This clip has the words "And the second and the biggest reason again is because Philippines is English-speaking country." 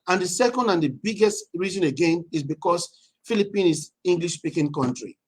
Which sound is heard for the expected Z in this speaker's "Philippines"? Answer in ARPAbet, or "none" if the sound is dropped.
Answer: none